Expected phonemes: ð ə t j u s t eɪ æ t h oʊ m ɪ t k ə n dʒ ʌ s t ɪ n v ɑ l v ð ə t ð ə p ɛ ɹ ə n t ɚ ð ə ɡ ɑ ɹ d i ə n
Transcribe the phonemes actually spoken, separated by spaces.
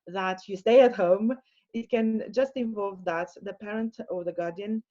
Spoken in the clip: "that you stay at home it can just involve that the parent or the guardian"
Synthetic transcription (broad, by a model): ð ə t j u s t eɪ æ t h oʊ m ɪ t k ə n dʒ ʌ s t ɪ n v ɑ l v ð ə t ð ə p ɛ ɹ ə n t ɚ ð ə ɡ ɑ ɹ d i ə n